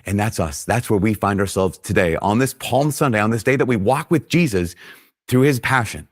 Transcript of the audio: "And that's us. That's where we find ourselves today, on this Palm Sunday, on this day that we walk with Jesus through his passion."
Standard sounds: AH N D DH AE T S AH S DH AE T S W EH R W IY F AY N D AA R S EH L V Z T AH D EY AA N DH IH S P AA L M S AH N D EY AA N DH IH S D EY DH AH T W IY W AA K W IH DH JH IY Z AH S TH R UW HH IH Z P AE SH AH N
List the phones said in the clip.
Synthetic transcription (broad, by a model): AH N DH AE T S AH S DH AE T S W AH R W IY F AY N D AA R S EH L V Z T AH D EY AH N DH IH S P AA L M S AH N D EY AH N DH IH S D EY DH AH T W IY W AA K W IH DH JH IY Z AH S TH R UW IH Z P AE SH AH N